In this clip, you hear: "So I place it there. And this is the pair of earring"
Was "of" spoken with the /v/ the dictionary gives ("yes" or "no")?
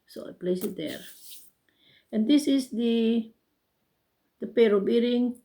no